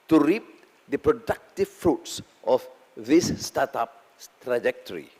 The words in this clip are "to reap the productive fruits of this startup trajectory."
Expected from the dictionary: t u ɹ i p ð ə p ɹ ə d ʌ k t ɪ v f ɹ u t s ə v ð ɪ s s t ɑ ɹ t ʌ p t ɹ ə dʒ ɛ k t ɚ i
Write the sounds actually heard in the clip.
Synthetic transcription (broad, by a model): t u ɹ i p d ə p ɹ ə d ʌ k t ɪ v f ɹ u t s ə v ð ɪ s s t ɑ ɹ t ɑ p t ɹ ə dʒ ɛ k t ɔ i